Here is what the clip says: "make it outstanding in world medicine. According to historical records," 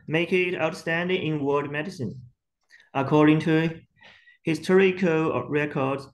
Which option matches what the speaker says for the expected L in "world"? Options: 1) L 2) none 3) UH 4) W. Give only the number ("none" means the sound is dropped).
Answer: 2